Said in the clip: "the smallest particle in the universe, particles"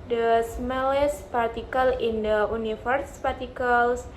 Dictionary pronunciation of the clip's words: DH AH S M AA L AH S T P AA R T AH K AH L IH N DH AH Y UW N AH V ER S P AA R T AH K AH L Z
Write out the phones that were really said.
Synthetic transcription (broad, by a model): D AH S M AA L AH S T P AA R T AH K AH L IH N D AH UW N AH F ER S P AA R T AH K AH L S